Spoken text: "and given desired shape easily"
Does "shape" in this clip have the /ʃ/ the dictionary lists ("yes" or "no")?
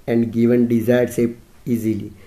no